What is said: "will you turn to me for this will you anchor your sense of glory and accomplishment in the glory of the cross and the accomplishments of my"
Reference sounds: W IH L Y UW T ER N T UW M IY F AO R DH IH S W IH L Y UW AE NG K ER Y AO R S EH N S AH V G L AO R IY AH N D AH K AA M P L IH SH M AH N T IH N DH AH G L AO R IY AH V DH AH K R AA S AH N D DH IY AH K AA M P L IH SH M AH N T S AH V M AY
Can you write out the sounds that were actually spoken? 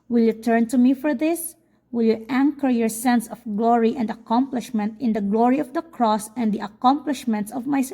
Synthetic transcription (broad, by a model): W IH L Y UW T ER N T UW M IY F AO R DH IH S W IH L Y UW AE NG K ER Y AO R S EH N S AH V G L AO R IY AH N D AH K AA M P L IH SH M AH N T IH N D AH G L AO R IY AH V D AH K R AA S AH N D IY AH K AA M P L IH SH M AH N T S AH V M AY